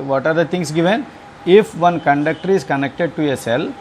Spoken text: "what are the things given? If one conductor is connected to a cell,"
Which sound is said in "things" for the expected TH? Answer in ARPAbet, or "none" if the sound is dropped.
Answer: T